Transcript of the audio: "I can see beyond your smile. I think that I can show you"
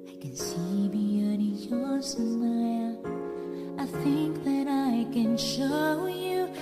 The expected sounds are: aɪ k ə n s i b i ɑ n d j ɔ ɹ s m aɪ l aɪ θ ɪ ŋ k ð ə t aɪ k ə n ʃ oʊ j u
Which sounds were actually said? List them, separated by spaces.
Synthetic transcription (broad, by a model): aɪ k ə n s i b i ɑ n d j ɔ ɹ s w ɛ aɪ θ ɪ ŋ k ð ə t aɪ k ə n ʃ oʊ j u